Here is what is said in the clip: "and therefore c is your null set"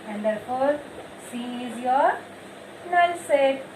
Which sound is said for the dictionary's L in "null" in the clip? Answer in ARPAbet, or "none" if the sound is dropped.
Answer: N